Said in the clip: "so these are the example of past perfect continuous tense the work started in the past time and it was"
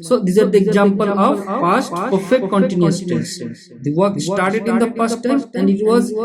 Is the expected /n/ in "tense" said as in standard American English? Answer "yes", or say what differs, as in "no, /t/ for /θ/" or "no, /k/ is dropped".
no, /n/ is dropped